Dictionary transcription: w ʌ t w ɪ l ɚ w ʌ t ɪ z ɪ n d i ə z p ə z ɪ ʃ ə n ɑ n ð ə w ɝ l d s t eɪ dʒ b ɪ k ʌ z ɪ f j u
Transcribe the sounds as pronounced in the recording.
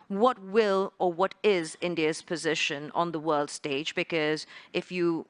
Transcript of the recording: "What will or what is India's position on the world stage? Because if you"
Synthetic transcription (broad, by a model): w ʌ t w ɪ l ɚ w ʌ t ɪ z ɪ n d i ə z p ə z ɪ ʃ ə n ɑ n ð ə w ɝ l d s t eɪ dʒ b ɪ k ʌ z ɪ f j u